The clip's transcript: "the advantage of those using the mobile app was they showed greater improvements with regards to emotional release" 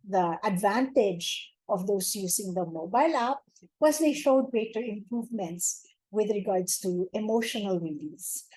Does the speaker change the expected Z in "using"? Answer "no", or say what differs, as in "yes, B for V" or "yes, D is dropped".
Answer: yes, S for Z